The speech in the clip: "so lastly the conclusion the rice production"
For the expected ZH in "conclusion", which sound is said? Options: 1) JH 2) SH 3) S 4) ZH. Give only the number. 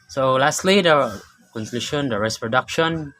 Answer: 2